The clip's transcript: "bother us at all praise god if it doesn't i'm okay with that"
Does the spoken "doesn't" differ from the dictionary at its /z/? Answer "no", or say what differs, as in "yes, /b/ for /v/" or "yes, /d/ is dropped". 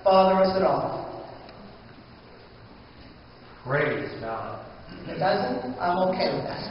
no